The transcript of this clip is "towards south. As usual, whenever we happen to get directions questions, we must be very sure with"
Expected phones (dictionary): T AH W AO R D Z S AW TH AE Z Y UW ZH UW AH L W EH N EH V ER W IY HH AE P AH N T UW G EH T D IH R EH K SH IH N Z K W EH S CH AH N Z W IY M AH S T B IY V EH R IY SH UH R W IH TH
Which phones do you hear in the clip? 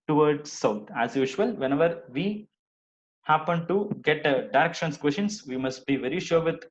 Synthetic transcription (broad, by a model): T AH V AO R D S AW T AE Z Y UW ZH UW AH L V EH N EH V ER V IY HH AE P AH N T UW G EH T D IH R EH K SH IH N S K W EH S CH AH N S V IY M AH S T B IY V EH R IY SH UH R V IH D